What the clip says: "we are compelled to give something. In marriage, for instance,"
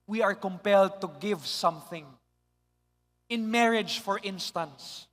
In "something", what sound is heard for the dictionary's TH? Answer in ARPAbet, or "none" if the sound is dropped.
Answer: TH